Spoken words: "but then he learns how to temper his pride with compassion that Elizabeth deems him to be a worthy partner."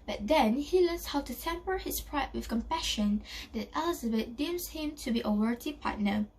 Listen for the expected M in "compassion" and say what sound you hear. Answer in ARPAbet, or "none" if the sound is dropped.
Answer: M